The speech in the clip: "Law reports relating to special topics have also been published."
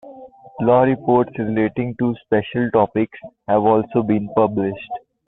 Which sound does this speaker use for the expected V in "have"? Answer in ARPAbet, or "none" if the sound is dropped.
V